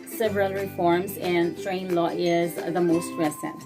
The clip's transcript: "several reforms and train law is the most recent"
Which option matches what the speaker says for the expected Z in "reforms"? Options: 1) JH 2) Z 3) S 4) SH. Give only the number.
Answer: 2